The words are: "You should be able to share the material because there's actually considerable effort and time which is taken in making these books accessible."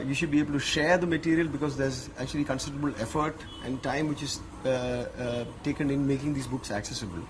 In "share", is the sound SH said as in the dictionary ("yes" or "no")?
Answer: yes